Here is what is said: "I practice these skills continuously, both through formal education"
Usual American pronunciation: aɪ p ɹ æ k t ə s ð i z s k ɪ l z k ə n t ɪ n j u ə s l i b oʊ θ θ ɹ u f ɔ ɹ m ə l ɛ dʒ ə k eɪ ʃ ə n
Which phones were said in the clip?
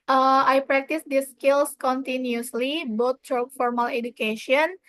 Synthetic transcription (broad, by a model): aɪ p ɹ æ k t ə s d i s k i l s k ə n t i n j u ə s l i b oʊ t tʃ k f ɔ ɹ m ə l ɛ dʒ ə k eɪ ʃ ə n